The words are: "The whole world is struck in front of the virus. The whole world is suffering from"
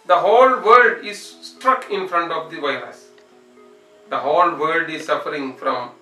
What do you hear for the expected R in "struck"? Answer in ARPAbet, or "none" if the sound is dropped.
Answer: R